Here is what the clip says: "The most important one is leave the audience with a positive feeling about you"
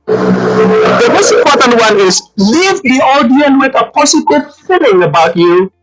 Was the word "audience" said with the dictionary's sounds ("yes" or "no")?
no